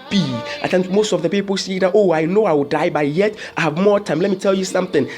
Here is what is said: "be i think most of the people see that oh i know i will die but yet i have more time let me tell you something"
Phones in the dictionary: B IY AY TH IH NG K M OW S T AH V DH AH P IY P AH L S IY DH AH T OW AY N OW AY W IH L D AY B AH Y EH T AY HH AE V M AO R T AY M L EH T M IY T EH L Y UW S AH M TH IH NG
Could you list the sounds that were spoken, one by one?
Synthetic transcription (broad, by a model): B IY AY T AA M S M OW S T AH V DH AH P IY P AH L S IY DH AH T OW AY N OW AY W IH L D AY B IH Y EH T AY HH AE V M AO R T AY M L EH T M IY T EH L Y UW S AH M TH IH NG